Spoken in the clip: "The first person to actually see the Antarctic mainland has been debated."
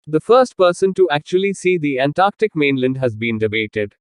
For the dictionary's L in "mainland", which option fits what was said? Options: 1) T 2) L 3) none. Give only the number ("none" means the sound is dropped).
2